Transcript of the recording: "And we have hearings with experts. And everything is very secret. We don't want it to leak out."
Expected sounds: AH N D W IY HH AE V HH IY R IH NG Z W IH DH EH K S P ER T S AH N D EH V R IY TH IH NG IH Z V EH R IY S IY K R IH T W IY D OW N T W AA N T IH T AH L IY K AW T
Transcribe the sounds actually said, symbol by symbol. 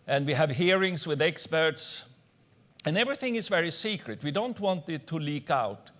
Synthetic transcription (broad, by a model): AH N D W IY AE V HH IY R IH NG Z W IH DH EH K S P ER T S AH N EH V R IY TH IH NG IH Z V EH R IY S IY K R IH T W IY D OW N T W AA N T IH T AH L IY K AW T